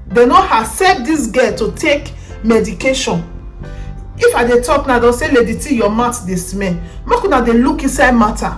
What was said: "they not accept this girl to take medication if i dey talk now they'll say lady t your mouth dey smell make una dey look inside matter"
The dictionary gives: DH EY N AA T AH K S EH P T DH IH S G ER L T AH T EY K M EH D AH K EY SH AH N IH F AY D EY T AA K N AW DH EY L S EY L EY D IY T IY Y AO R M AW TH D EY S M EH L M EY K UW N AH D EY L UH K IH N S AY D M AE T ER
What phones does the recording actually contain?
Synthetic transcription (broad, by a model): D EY N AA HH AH S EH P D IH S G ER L T AH T EY K M EH D AH K EY SH AH N IH F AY D EY T AA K N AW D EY S EY L EY D IY T IY Y AO M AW T D EY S M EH N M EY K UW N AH D EY L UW K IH N S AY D M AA T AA